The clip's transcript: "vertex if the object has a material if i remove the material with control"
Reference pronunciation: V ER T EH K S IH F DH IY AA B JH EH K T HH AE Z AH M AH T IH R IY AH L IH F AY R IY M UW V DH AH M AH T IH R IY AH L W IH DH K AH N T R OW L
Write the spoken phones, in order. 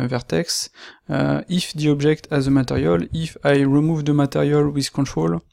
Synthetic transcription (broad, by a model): V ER T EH K S IH F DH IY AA B ZH EH K T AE Z AH M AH T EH R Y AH L IH F AY R IY M UW V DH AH M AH T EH R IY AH L W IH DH K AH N T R OW L